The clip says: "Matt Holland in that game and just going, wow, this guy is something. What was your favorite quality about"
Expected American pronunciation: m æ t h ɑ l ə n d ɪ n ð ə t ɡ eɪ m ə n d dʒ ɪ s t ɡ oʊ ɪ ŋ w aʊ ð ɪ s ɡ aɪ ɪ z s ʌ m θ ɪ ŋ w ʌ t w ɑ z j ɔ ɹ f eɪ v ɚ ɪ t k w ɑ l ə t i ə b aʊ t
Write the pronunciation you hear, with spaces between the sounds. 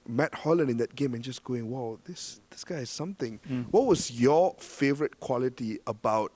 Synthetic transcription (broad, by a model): m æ t h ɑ l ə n ɪ n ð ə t ɡ eɪ m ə n dʒ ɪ s ɡ oʊ ɪ ŋ w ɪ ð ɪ s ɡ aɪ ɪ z s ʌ m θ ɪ ŋ w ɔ t w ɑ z j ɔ f eɪ v ɚ ɪ t k w ɑ l ə t i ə b aʊ t